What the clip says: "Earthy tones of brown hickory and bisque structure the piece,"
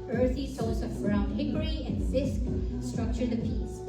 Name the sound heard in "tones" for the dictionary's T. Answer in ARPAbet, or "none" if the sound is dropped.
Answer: S